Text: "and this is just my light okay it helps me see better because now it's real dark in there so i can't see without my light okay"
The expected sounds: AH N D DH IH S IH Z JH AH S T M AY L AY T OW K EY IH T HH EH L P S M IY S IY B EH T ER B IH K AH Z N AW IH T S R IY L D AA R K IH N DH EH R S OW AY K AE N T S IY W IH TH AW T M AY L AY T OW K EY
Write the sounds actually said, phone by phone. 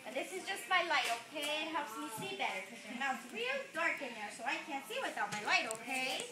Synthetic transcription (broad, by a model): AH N DH IH S IH Z JH AH S T M AY L AY T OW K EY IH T HH EH L P S M IY S IY B EH T ER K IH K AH N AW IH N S R IY L D AA R K IH N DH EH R S OW AY K AE N T S IY W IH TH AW T M AY L AY T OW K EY